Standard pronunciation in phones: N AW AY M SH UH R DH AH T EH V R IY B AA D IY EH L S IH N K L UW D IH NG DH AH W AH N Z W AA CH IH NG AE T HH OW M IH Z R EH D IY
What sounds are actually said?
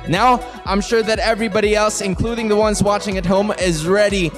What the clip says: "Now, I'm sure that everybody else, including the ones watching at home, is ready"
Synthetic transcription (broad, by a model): N AW AY M SH UH R DH AH T EH V R IY B AA D IY EH L S IH N K L UW D IH NG DH AH W AH N Z W AA CH IH NG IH T HH OW M IH Z R EH D IY